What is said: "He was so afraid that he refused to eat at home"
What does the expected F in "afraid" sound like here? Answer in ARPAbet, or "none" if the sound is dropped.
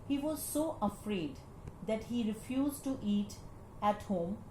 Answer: F